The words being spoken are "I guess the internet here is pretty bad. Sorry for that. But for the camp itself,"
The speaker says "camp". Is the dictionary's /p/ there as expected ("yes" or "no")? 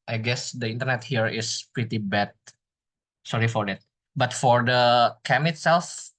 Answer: no